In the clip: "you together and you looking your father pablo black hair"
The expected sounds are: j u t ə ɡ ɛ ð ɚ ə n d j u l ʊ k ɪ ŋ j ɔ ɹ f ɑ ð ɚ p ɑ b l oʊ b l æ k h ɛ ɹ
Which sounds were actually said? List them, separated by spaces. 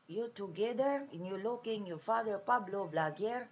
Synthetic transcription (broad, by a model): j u t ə ɡ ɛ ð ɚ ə n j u l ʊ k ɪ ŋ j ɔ f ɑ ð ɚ p ɑ b l oʊ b l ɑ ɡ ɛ ɹ